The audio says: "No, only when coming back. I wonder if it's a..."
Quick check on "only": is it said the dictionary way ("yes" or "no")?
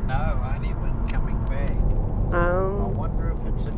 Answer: no